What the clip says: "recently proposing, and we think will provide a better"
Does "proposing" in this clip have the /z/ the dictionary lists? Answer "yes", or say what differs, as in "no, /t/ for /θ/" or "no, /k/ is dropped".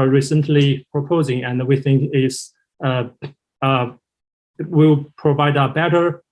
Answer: yes